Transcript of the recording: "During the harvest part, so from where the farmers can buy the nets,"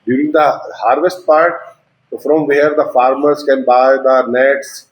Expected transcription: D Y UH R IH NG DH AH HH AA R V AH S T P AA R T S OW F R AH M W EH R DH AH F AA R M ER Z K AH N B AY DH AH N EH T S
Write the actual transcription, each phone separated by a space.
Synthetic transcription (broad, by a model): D Y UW R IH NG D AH HH AA R V AH S T P AA R T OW F R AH M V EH R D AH F AA R M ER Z K AH N B AY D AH N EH T S